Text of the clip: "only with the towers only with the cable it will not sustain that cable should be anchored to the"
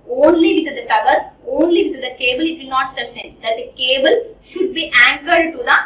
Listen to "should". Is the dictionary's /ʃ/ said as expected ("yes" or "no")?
yes